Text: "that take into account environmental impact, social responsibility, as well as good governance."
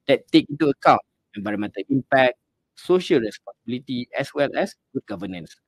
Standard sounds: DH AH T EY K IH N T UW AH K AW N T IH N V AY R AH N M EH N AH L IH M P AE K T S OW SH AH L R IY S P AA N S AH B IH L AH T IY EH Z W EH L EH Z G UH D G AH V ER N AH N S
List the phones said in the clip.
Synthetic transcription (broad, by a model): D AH T EY K IH N T UW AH K AW N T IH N B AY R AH M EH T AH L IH M P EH K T S OW SH AH L R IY S P AA N S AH B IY L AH T IY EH S W EH L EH S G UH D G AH V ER N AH N S